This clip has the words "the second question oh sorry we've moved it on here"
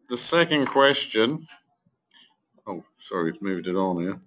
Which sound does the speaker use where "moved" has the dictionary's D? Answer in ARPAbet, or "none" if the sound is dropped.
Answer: D